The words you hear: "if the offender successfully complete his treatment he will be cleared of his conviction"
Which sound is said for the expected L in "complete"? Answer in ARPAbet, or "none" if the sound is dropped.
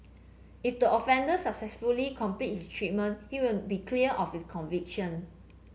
none